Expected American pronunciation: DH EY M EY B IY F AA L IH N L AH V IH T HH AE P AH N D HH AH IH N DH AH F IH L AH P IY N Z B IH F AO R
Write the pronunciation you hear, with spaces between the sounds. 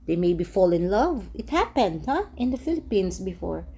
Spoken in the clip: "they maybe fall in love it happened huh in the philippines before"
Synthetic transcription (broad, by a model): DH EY M EY B IY F AA L IH N L AH V IH T HH AE P AH N D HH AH IH N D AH F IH L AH P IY N S B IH F AO R